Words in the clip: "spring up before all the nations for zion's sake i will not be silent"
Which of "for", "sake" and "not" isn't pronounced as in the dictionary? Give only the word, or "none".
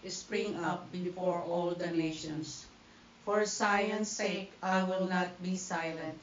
none